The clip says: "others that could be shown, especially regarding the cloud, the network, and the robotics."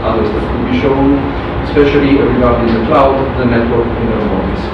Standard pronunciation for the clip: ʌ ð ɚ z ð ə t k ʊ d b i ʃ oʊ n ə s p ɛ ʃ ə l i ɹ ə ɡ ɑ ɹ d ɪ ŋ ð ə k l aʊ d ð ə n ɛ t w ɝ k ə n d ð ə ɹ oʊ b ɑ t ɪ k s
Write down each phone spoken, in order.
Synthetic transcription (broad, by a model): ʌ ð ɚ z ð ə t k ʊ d b i ʃ oʊ n ə s p ɛ ʃ ə l i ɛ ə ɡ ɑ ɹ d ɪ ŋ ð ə k l aʊ d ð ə n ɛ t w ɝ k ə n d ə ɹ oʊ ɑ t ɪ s